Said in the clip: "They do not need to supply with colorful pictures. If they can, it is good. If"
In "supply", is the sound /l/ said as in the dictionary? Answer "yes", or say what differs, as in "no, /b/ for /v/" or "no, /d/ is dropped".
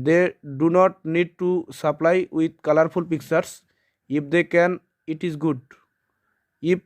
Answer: yes